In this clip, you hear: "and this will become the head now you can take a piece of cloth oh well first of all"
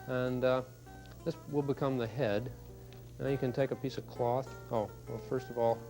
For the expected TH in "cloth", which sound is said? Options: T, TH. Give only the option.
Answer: TH